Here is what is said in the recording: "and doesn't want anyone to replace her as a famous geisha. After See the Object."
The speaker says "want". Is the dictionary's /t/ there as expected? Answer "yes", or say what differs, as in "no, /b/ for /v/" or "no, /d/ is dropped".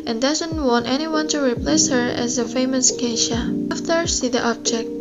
yes